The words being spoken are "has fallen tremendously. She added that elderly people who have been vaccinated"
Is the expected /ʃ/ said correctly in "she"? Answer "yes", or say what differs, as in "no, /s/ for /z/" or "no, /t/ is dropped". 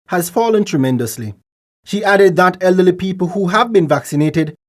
yes